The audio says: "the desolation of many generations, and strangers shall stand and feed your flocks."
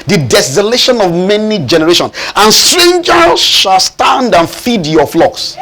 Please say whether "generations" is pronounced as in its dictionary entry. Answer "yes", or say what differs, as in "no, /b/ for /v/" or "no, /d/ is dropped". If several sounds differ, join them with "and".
no, /s/ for /z/